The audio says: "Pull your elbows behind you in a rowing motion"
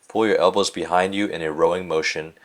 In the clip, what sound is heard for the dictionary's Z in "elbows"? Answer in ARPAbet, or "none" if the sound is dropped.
Z